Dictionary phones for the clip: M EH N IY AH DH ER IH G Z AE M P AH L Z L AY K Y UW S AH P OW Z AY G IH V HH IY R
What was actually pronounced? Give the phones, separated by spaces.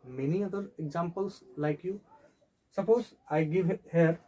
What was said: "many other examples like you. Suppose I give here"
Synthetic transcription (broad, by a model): M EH N IY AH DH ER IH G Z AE M P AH L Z L AY K Y UW S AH P OW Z AY G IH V HH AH R